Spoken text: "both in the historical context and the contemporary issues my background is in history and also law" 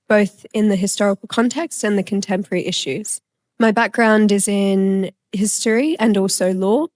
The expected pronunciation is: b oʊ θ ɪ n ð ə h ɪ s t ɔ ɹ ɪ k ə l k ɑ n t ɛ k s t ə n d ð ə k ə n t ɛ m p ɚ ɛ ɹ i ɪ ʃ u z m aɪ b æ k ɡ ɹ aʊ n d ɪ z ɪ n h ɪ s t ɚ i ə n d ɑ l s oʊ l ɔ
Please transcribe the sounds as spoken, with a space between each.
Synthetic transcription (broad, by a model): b oʊ θ ɪ n ð ə h ɪ s t ɔ ɹ ɪ k ə l k ɑ n t ɛ k s t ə n ð ə k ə n t ɛ m p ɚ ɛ ɹ i ɪ ʃ u z m aɪ b æ k ɡ ɹ aʊ n d ɪ z ɪ n h ɪ s t ɚ i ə n ɑ l s oʊ l ɔ